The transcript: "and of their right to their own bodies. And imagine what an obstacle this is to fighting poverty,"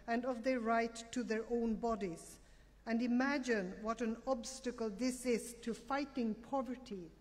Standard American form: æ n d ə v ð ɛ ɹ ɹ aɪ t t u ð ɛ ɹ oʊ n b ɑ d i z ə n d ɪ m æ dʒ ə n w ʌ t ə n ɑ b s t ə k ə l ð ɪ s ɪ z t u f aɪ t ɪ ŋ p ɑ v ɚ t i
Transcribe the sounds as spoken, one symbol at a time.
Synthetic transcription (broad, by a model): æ n d ə v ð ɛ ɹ ɹ aɪ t t u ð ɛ ɹ oʊ n b ɑ d i z ə n d ɪ m æ dʒ ə n w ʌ t ə n ɑ b s t ə k ə l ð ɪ s ɪ z t u f aɪ t ɪ ŋ p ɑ v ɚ t i